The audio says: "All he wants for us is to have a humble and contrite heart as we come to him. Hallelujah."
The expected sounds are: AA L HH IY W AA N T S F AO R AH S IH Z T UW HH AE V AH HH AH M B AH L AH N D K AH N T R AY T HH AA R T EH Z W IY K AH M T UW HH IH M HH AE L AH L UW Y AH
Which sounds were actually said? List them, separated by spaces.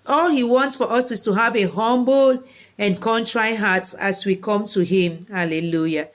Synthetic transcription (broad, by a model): AA L HH IY W AA N T S F AO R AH S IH S T UW HH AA V AH HH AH M B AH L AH N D K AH N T R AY HH AA T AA S W IY K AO M T UW HH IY M HH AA L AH L UW Y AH